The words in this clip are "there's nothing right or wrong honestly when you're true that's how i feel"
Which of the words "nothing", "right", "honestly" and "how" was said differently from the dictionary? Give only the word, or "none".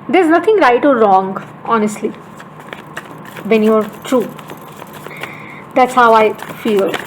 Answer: nothing